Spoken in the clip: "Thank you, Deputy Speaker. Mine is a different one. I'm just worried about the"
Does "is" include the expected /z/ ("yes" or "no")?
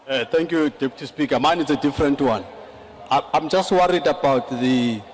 no